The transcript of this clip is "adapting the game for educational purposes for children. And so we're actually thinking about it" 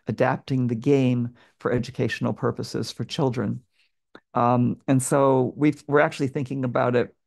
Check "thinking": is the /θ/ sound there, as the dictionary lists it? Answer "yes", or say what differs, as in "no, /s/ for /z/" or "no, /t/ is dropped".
yes